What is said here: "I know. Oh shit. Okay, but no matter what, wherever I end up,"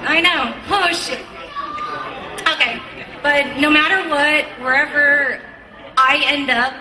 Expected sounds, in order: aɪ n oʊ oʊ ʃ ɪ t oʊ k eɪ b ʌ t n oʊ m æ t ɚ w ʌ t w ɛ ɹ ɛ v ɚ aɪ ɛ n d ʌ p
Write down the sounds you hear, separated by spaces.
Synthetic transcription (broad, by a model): aɪ n oʊ oʊ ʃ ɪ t oʊ k eɪ b ʌ t n oʊ m æ t ɚ w ʌ t w ɛ ɹ ɛ v ɚ aɪ ɛ n d ʌ p